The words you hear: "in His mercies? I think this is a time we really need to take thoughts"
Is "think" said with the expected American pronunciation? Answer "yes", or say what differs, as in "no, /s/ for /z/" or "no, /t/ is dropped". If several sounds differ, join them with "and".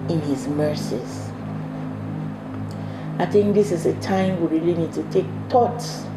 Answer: yes